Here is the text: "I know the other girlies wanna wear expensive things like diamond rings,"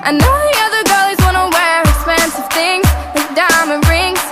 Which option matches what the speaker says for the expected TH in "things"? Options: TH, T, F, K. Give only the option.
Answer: TH